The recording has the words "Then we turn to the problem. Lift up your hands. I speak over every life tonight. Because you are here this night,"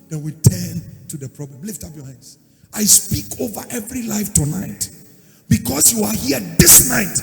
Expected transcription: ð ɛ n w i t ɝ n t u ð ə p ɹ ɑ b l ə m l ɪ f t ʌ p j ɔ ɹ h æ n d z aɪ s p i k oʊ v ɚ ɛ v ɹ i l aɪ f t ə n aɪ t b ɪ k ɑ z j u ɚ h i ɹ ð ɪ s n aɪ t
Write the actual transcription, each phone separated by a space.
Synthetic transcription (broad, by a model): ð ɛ w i t ɝ n t u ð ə p ɹ ɑ b l ə m l ɪ f t ʌ p j ɔ ɹ h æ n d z aɪ s p i k oʊ v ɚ ɛ v ɹ i l aɪ f t ə n aɪ t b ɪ k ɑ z j u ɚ h i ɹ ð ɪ s n aɪ t